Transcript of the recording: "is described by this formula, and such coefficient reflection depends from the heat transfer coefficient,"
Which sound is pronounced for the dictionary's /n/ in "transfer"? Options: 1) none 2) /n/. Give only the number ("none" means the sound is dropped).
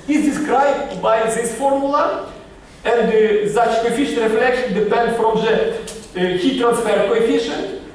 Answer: 2